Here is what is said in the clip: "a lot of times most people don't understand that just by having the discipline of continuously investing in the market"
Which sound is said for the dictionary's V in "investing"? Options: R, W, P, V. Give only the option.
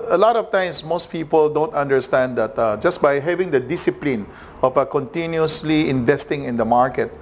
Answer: V